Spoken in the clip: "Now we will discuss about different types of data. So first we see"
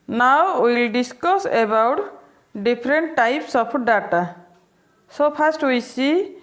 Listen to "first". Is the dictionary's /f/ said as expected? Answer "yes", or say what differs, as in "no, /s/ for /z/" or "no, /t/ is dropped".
no, /p/ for /f/